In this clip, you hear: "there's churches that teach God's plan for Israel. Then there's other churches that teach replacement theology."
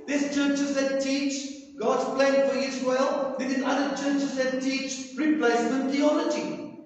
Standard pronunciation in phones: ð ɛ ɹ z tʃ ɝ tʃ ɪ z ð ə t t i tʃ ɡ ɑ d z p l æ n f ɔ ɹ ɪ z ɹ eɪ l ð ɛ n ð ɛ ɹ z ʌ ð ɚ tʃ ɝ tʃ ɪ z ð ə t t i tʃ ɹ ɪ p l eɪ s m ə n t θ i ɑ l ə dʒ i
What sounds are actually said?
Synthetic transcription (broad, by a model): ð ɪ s tʃ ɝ tʃ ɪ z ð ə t t i tʃ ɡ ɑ d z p l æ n f ɔ ɹ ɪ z w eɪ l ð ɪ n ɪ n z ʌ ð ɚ tʃ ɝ tʃ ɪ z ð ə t t i tʃ ɹ ɪ p l eɪ s m ə n t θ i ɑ l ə dʒ i